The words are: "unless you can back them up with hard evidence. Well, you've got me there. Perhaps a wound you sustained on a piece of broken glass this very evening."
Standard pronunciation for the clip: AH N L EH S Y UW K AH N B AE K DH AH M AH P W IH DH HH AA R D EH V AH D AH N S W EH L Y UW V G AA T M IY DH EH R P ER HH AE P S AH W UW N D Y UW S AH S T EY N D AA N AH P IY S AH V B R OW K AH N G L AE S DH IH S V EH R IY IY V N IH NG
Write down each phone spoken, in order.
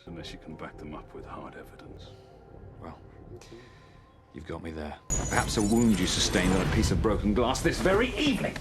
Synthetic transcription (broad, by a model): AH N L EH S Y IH K AH N B AE K DH AH M AH P W IH DH HH AA R D EH V AH D AH N S W EH L Y UW V G AA T M IY DH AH R P ER HH AE P S AH W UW N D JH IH S AH S T EY N D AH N AH P IY S AH V B R OW K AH N G L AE S DH IH S V EH R IY IY V N IH NG